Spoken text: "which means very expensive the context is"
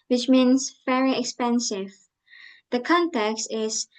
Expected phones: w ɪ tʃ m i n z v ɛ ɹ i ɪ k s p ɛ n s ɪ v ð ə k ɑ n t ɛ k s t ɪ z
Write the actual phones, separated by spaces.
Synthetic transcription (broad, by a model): w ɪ tʃ m i n z v ɛ ɹ i ɪ k s p ɛ n s ɪ v ð ə k ɑ n t ɛ k s t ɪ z